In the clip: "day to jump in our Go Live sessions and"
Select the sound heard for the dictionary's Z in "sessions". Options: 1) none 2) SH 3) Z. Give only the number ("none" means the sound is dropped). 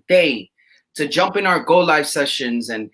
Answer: 3